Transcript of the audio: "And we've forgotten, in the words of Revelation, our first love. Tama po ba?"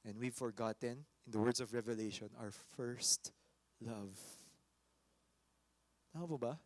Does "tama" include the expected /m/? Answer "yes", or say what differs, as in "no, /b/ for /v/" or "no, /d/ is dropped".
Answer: no, /m/ is dropped